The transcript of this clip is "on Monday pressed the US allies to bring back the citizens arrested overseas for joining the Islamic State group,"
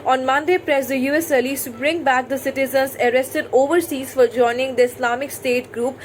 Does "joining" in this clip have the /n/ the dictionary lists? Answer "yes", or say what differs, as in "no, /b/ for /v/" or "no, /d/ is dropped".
yes